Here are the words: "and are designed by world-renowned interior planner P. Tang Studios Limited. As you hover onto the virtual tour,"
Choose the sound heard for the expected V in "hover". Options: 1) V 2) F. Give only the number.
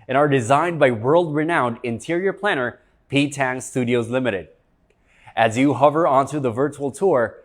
1